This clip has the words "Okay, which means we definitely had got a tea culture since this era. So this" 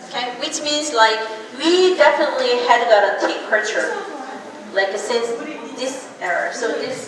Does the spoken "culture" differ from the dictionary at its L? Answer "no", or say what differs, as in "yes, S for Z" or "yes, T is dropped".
yes, L is dropped